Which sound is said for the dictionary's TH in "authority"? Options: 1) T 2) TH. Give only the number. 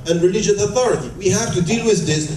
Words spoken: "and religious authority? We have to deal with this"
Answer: 2